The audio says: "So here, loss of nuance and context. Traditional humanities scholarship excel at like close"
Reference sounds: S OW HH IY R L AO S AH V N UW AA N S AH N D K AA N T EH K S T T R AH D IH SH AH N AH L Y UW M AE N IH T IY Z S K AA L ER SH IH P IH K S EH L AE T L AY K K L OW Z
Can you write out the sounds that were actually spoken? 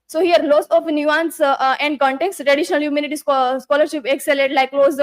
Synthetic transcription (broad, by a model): S OW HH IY R L AO S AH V N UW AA N S AH N D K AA N T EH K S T T R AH D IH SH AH N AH L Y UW M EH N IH T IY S S K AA L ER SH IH P IH K S EH L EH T L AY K K L OW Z